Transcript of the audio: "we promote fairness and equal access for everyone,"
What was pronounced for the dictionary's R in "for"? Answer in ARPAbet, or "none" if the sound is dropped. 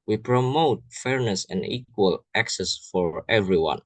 R